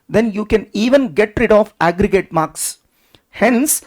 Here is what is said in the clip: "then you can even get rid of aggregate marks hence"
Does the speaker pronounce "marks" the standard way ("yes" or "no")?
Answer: yes